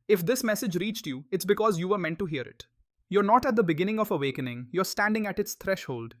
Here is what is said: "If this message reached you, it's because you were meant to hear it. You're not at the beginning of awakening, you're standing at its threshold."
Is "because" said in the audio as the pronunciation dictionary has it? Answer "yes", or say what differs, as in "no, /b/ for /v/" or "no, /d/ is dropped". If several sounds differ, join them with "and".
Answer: yes